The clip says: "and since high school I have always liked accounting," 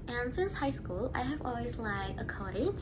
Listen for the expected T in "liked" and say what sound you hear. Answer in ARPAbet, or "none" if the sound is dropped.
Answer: none